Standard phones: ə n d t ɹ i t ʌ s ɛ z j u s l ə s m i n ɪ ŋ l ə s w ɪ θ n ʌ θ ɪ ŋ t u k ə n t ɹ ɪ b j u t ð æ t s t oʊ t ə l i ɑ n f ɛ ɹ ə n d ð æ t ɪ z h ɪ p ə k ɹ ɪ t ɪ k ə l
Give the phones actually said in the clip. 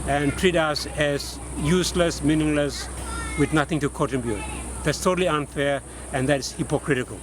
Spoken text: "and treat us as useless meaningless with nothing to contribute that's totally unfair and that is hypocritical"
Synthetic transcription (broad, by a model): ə n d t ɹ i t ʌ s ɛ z j u s l ə s m i n ɪ ŋ l ə s w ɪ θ n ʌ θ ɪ ŋ t u k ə t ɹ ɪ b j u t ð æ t s t oʊ t ə l i ɑ n f ɛ ɹ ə n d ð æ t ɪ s h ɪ p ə k ɹ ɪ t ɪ k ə l